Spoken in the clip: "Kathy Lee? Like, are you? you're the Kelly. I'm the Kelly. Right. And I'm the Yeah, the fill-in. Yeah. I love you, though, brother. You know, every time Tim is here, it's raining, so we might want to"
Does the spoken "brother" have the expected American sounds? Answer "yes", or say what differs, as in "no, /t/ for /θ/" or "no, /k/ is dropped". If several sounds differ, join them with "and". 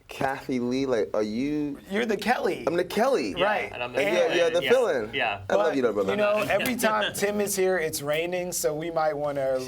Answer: no, /ɹ/ is dropped